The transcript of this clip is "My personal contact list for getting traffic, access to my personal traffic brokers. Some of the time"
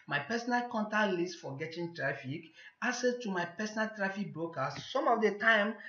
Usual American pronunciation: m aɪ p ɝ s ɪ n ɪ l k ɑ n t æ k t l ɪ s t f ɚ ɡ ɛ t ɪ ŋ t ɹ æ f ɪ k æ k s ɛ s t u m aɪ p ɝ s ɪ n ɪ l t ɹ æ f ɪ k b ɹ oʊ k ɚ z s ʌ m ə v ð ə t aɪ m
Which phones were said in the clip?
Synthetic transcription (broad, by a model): m aɪ p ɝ s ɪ n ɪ l k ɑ n t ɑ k l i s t f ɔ ɡ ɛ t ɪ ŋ t ɹ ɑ f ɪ k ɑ s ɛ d t u m aɪ p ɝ s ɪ n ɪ l t ɹ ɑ f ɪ k b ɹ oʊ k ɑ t s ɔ m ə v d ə t aɪ m